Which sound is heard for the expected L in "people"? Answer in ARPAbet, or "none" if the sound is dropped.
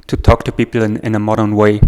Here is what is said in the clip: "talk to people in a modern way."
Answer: N